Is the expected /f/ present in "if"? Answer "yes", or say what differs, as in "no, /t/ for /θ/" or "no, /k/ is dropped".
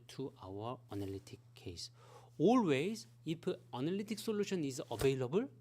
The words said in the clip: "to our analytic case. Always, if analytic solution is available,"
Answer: no, /p/ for /f/